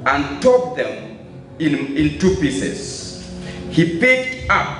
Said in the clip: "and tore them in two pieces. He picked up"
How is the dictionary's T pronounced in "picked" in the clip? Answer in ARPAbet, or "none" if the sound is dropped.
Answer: T